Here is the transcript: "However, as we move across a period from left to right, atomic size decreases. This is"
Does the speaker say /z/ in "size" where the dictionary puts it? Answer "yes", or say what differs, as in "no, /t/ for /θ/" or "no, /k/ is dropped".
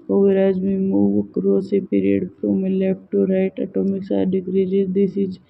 no, /z/ is dropped